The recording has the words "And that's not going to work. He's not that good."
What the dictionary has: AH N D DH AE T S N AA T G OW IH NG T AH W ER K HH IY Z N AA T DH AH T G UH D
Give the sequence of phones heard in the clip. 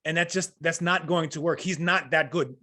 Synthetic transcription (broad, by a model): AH N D DH AE T S N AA T G OW IH NG T AH W ER K HH IY Z N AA T DH AH T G UH D